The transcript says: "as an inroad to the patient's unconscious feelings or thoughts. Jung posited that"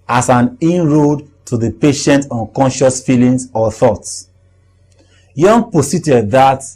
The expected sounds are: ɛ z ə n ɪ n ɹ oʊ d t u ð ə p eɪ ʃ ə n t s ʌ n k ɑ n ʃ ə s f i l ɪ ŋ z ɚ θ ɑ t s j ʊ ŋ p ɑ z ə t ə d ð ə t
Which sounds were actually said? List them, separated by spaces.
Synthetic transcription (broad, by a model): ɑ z ə n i n ɹ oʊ d t u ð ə p eɪ ʃ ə n t ʌ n k ɑ n ʃ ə s f i l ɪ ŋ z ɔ θ ɑ t s j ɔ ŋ p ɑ s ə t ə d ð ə t